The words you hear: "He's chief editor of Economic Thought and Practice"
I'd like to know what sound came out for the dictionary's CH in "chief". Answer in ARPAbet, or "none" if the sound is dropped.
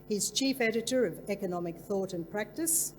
CH